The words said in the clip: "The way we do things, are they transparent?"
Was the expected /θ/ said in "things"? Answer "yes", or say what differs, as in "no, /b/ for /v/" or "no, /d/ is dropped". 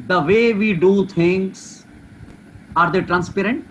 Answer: no, /t/ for /θ/